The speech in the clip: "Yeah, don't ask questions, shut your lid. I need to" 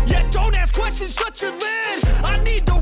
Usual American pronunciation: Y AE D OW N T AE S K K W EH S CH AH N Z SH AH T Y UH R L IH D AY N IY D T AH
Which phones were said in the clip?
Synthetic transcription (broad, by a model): Y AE D OW N T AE S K K W EH S CH AH N Z S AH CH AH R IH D AY N IY D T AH